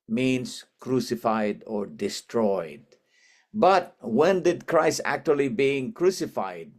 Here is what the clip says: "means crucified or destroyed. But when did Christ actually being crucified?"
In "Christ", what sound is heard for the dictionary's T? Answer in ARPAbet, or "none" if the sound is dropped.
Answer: none